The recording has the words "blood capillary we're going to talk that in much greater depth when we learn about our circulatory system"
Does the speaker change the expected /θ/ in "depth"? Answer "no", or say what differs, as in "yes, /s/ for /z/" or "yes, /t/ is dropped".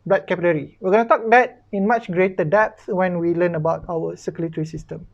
yes, /s/ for /θ/